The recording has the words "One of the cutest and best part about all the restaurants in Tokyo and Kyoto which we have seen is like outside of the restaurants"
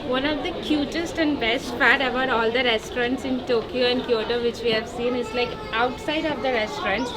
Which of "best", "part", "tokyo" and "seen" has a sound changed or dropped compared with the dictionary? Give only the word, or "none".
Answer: part